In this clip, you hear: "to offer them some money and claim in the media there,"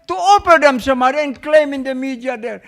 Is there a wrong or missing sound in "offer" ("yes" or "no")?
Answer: yes